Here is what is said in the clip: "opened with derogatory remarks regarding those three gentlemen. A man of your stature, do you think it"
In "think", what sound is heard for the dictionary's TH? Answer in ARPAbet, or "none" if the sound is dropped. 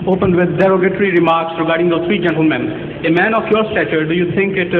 T